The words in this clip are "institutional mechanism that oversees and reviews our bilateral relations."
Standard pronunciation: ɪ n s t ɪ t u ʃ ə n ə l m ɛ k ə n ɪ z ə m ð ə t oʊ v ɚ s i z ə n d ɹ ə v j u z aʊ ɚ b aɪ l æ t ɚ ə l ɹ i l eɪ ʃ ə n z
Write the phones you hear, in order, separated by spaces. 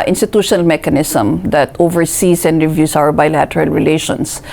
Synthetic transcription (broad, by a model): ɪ n s t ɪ t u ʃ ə n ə l m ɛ k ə n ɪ s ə m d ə t oʊ v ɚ s i s ə n d ɹ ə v j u s aʊ ɚ b aɪ l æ t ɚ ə l ɹ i l eɪ ʃ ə n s